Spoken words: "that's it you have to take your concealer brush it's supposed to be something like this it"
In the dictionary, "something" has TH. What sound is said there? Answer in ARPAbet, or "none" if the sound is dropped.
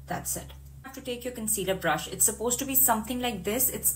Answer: T